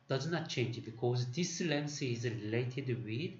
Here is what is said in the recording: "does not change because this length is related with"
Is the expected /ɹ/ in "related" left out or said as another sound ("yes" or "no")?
no